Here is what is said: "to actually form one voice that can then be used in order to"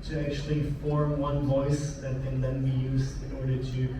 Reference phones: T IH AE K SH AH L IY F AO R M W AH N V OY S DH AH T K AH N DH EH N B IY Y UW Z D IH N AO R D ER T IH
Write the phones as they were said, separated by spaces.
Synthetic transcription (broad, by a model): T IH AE K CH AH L IY F AO R M W AH N V OY S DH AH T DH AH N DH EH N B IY Y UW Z IH N AO R D ER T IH